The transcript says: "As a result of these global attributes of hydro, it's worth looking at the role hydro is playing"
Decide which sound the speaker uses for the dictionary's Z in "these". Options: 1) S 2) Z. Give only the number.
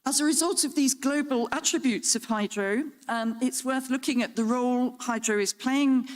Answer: 2